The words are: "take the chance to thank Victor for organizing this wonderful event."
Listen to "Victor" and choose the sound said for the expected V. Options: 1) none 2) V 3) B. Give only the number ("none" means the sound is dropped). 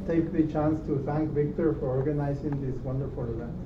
2